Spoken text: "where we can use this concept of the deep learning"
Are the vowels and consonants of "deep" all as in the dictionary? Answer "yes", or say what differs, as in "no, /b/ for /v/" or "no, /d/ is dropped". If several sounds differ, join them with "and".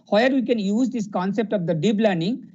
no, /b/ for /p/